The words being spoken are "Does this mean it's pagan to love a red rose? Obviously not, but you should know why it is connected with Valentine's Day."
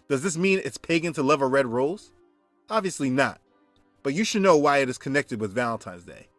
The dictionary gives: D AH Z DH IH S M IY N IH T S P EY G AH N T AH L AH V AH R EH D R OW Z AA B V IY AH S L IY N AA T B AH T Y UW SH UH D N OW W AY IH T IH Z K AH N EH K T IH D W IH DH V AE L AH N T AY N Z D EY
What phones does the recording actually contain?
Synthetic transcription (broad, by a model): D AH Z DH IH S M IY N IH T S P EY G AH N T AH L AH V AH R EH D R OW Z AA B V IY AH S L IY N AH T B AH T Y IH SH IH D N OW W AY IH T IH Z K AH N EH K T IH D W IH DH V AE L AH N T AY N Z D EY